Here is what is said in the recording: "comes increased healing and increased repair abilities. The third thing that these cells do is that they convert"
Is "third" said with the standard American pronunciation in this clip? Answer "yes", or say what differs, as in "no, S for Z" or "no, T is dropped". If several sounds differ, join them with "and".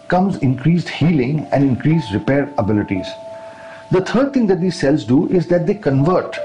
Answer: no, T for TH